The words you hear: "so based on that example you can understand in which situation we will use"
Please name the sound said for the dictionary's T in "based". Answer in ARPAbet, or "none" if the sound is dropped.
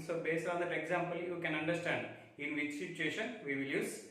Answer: none